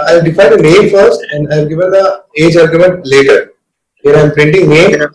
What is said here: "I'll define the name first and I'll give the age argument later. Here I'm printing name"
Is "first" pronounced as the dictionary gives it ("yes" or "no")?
no